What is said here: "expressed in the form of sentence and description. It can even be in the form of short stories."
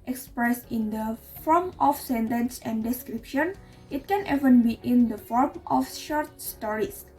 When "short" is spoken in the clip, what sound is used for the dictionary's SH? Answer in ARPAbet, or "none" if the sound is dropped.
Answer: SH